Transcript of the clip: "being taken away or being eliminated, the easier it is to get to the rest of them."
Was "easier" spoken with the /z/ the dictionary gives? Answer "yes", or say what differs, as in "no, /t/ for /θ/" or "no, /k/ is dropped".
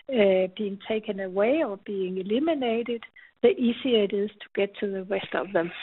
no, /s/ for /z/